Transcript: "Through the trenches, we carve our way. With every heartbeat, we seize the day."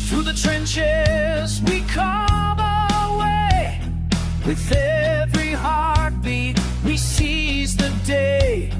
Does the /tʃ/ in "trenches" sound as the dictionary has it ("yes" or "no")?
yes